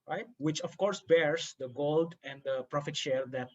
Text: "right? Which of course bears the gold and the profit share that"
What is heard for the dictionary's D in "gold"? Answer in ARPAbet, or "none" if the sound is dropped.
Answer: D